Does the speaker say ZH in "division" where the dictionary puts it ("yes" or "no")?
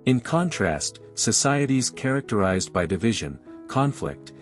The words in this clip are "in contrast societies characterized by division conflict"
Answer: yes